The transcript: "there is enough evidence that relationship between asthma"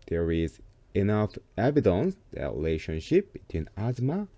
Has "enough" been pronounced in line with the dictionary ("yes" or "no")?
yes